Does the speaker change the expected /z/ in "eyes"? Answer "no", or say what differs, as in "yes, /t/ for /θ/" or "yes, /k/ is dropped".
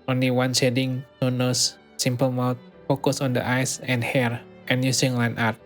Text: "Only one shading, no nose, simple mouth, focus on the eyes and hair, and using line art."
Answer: yes, /s/ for /z/